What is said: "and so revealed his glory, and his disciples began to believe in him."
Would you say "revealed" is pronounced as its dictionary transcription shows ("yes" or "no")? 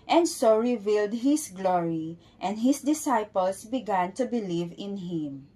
yes